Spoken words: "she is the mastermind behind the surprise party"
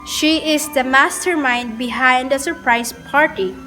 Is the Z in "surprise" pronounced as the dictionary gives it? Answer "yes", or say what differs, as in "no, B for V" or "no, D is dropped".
no, S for Z